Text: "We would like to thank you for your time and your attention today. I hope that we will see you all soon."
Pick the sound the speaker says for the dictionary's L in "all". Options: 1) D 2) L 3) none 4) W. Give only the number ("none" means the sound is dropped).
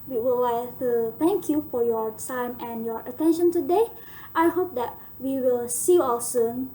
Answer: 4